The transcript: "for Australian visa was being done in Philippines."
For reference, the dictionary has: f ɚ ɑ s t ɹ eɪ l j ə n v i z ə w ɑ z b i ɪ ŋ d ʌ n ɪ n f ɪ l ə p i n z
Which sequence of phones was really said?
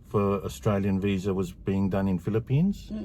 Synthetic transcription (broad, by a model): f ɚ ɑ s t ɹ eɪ l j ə n v i z ə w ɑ z b i ɪ ŋ d ʌ n ɪ n f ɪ l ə p i n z